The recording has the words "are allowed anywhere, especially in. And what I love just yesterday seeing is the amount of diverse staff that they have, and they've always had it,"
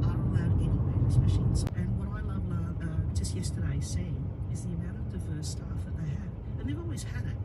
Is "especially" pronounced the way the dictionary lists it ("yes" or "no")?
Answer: no